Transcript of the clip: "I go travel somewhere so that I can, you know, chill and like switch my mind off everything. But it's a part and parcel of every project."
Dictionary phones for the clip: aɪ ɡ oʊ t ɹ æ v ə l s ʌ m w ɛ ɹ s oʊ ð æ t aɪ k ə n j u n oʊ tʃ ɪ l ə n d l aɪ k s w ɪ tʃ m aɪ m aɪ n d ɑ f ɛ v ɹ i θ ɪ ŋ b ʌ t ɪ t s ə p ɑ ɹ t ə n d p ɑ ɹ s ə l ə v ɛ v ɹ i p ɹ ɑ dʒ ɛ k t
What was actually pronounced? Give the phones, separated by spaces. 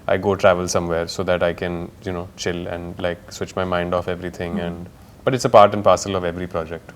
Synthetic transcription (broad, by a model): aɪ ɡ oʊ t ɹ æ v ə l s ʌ m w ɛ ɹ s oʊ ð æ t aɪ k ə n j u n oʊ tʃ ɪ l ə n d l aɪ k s w ɪ tʃ m aɪ m aɪ n d ɑ f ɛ v ɹ i t ɪ ŋ b ʌ t ɪ t s ə p ɑ ɹ t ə n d p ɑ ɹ s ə l ə v ɛ v ɹ i p ɹ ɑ dʒ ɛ k t